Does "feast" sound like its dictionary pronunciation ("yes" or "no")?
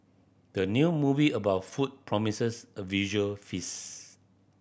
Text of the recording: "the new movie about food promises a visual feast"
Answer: no